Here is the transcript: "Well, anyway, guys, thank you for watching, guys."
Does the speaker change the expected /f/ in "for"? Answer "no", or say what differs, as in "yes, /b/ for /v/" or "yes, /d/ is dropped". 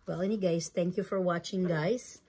no